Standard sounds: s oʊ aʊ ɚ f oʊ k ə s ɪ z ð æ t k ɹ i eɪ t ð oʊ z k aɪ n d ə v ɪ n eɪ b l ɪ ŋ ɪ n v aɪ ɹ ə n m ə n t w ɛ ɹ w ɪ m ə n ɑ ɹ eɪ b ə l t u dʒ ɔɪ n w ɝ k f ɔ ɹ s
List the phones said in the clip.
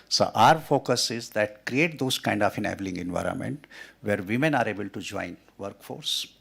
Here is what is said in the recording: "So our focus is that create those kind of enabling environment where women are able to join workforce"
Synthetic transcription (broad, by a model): s oʊ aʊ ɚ f oʊ k ə s ɪ z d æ t k ɹ i eɪ t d oʊ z k aɪ n d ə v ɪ n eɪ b l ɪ ŋ ɪ n v aɪ ɹ ə n m ə n t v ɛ ɹ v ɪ m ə n ɑ ɹ eɪ b ə l t u dʒ ɔɪ n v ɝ k f ɔ ɹ s